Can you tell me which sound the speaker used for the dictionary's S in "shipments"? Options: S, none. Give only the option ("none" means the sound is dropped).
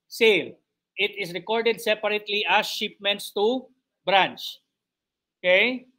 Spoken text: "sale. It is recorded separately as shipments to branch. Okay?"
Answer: S